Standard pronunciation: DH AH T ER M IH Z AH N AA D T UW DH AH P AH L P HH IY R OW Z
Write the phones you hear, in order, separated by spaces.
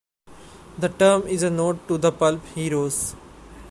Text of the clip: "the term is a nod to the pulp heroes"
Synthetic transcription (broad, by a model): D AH T ER M IH Z AH N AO T UW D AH P AH L P HH IY R OW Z